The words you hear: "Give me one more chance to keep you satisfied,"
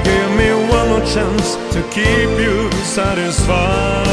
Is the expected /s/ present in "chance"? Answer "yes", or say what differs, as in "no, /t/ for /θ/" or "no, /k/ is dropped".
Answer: yes